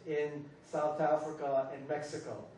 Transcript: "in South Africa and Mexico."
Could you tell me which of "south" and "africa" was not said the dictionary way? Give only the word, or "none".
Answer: none